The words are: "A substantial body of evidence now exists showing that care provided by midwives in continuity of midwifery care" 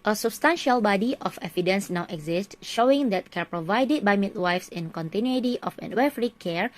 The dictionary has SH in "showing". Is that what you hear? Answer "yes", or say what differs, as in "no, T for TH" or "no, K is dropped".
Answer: yes